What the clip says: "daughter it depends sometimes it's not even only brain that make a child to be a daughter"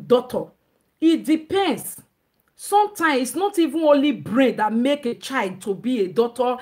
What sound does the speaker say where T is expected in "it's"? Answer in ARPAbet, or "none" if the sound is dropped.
S